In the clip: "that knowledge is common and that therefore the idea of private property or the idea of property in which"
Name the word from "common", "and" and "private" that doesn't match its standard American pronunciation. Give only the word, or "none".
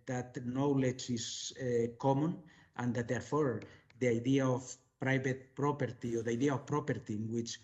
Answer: private